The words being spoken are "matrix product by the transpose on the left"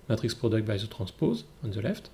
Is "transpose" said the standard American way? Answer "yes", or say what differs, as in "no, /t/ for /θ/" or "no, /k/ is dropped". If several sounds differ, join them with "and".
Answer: no, /n/ is dropped